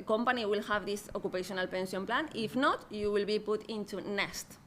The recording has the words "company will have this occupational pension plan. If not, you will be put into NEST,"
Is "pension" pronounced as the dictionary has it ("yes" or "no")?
no